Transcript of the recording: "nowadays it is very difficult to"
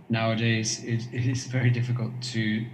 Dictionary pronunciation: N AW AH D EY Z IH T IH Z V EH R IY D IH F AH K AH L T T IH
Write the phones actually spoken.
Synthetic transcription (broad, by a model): N AW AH D EY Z IH T IH Z V EH R IY D IH F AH K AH L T T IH